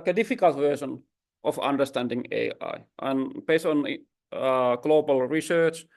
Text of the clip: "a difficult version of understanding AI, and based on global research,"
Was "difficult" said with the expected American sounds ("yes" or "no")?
yes